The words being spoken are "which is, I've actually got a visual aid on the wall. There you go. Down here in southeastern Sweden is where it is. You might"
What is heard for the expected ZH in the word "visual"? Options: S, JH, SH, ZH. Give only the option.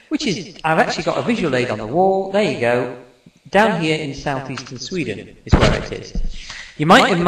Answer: ZH